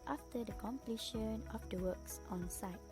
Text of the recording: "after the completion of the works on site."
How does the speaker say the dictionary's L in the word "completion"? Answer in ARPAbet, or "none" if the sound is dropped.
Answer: L